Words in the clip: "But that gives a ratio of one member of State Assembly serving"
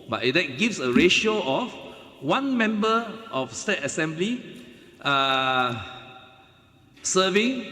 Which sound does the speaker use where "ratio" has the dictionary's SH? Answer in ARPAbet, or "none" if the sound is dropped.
SH